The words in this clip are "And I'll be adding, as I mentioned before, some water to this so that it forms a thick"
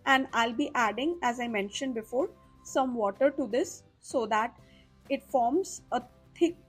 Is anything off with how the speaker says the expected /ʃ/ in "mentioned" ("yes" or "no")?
no